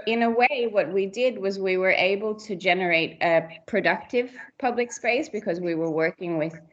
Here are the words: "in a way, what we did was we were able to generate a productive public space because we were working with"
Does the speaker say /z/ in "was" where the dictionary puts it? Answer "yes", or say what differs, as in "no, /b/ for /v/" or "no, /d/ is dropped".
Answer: yes